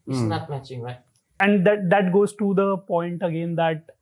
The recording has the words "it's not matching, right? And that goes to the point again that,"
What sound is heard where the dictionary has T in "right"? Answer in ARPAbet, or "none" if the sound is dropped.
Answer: none